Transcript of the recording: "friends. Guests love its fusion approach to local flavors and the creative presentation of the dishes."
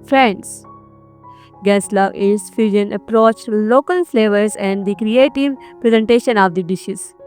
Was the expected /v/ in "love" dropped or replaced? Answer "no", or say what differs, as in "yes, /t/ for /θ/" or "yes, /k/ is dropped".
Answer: yes, /v/ is dropped